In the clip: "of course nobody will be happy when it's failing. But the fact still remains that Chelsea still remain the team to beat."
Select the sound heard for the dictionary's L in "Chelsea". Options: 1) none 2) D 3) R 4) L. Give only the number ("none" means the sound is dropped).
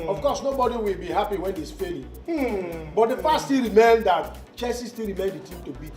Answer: 1